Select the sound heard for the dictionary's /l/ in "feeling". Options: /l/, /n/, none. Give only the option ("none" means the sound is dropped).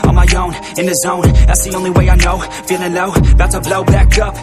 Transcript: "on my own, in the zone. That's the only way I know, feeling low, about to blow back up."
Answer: /n/